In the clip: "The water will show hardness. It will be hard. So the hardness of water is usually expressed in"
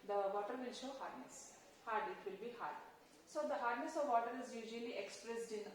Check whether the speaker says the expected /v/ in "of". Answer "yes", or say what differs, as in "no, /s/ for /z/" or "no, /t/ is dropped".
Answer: yes